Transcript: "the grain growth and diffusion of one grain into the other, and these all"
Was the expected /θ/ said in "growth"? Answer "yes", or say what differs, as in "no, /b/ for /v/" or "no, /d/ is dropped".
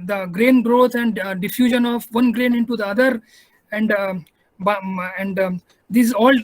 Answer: no, /t/ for /θ/